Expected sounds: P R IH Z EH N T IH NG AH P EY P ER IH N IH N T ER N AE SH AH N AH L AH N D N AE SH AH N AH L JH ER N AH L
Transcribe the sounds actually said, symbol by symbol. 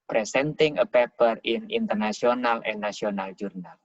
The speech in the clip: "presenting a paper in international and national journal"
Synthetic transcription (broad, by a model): P R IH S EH N T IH NG AH P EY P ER IH N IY N T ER N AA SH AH N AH L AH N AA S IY AH N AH L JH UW N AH L